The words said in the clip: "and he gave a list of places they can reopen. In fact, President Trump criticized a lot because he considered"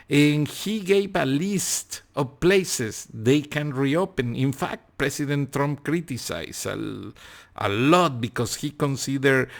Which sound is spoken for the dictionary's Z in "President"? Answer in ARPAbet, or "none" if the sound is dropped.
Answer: S